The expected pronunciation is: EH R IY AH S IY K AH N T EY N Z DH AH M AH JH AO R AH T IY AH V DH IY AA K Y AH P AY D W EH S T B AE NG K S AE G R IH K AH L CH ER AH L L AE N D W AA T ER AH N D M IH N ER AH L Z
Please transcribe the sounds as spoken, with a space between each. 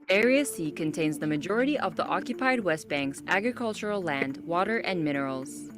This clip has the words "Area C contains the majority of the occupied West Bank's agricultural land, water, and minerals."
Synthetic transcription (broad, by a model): EH R IY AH S IY K AH N T EY N Z DH AH M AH JH AO R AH T IY AH V DH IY AA K Y AH P AY D W EH S T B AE NG K S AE G R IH K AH L CH ER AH L L AE N D W AA T ER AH N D M IH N ER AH L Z